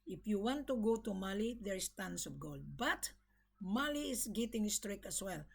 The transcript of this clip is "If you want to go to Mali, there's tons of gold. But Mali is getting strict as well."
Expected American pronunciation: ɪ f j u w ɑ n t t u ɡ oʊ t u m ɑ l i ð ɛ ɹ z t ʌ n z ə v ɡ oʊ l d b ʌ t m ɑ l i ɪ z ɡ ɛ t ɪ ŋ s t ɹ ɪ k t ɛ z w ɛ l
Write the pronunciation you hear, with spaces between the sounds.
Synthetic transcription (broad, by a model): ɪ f j u w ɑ n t t u ɡ oʊ t u m ɑ l i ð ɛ ɹ s t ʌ n s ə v ɡ oʊ l d b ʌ t m ɑ l i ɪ s ɡ ɛ t ɪ ŋ s t ɹ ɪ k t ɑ s w ɛ l